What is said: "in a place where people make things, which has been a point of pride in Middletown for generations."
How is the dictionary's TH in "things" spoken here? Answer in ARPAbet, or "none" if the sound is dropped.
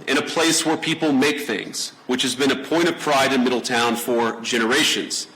TH